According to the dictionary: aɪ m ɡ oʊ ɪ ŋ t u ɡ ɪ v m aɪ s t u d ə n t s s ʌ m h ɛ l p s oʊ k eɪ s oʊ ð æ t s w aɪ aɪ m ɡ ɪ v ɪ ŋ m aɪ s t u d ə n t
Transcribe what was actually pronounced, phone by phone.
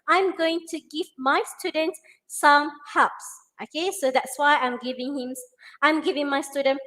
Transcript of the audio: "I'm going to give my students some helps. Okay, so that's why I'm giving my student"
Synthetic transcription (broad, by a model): aɪ m ɡ oʊ ɪ ŋ t u ɡ ɪ v m aɪ s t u d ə n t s s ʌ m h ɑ p s oʊ k eɪ s oʊ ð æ t s w aɪ aɪ m ɡ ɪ v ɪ ŋ m aɪ s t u d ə n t